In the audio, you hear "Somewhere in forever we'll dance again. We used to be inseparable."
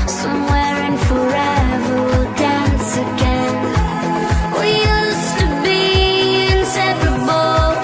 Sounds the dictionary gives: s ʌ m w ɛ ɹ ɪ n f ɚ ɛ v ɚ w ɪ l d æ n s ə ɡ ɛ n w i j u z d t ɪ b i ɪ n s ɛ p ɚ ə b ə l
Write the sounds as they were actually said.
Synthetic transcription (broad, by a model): s ʌ m w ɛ ɹ ɪ n f ɚ ɛ v ɚ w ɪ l d æ n s ə ɡ ɛ n w i j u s t ɪ b i ɪ n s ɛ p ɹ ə b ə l